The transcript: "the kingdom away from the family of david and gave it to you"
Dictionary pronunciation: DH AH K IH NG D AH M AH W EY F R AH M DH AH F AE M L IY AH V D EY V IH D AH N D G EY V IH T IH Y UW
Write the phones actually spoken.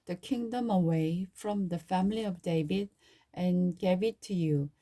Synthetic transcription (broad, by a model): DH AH K IH NG D AH M AH W EY F R AH M DH AH F AE M L IY AH V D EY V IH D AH N G EY V IH T IH Y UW